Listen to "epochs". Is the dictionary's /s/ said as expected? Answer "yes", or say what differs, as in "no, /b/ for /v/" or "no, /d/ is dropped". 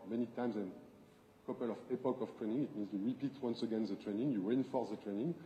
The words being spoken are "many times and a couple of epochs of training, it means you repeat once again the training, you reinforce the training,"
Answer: no, /s/ is dropped